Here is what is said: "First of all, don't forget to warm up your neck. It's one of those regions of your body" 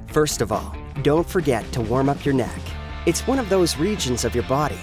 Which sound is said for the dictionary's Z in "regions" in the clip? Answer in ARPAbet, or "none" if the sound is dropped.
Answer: Z